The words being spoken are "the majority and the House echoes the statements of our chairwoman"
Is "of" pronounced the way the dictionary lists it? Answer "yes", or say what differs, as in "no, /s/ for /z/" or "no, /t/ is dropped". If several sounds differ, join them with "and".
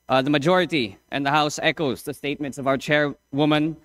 yes